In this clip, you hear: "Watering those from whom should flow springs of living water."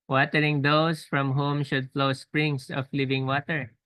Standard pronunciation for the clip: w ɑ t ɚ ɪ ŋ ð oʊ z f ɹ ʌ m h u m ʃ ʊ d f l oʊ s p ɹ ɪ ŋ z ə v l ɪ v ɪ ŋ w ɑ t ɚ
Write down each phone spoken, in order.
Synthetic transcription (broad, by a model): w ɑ t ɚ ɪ ŋ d oʊ s f ɹ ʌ m h u m ʃ ʊ d f l oʊ s p ɹ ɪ ŋ s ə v l ɪ v ɪ ŋ w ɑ t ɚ